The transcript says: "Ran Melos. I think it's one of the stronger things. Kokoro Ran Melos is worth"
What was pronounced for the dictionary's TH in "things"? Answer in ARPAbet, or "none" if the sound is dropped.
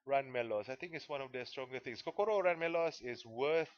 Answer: T